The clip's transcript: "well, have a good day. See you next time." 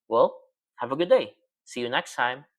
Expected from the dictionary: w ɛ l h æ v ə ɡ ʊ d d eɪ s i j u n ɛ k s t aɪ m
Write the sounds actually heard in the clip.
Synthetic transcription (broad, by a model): w ɛ l h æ v ə ɡ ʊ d d eɪ s i j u n ɛ k s t aɪ m